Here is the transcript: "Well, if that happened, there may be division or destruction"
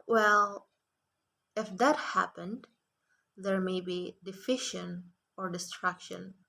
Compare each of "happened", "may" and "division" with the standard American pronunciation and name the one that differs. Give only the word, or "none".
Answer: division